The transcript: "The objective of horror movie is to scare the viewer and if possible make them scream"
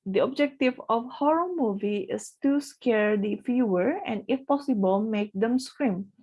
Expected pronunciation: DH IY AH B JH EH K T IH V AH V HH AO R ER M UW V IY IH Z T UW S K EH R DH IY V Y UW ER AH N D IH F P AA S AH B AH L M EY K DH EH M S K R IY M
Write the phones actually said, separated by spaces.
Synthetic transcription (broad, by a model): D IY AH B JH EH K T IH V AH F HH AO R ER M UW V IY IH S T UW S K EH R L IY F Y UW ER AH N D IH F P AA S AH B AH L M EY K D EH M S K R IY M